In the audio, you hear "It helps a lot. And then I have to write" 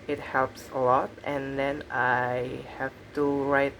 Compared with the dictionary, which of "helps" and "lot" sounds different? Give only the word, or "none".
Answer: none